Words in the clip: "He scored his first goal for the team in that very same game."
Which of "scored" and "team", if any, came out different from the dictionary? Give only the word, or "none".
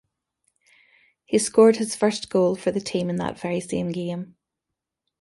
none